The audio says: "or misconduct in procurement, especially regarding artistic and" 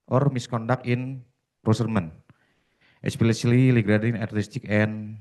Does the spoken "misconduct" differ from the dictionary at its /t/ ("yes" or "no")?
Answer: yes